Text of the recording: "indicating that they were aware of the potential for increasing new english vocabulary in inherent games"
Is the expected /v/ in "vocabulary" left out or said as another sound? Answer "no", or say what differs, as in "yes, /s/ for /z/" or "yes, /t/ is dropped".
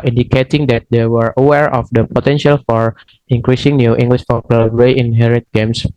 yes, /p/ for /v/